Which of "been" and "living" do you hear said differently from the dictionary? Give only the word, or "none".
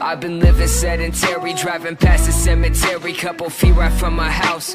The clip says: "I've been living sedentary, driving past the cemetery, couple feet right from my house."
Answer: none